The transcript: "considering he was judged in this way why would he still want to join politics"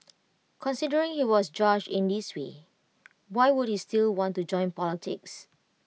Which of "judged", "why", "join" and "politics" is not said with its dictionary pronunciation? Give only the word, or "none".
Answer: judged